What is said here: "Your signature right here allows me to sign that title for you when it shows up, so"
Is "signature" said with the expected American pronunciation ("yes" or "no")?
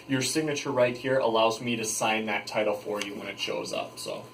yes